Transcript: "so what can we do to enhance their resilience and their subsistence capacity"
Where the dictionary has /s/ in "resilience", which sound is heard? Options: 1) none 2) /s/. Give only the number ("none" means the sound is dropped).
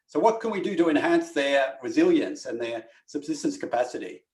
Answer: 2